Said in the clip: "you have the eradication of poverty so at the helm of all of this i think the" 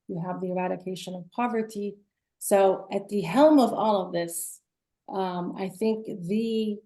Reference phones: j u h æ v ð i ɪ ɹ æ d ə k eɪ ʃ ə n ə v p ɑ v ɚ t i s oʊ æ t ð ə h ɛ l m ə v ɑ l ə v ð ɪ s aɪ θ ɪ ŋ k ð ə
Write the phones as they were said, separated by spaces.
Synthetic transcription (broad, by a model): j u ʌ v ð i ɪ ɹ æ d ə k eɪ ʃ ə n ə v p ɑ v ɚ t i s oʊ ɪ t ð ə h ɛ l m ə v ɑ l ə v ð ɪ s aɪ θ ɪ ŋ k ð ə